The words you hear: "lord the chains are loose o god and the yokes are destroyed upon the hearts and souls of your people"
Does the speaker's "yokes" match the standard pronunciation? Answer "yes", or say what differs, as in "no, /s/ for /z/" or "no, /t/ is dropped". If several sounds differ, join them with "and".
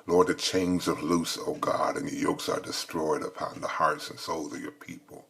yes